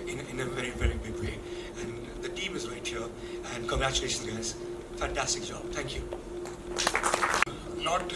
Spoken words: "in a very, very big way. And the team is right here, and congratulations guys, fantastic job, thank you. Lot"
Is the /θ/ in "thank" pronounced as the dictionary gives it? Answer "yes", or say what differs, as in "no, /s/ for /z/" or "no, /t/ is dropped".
yes